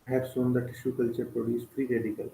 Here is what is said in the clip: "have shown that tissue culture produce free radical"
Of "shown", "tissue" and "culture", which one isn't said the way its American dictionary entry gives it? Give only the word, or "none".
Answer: shown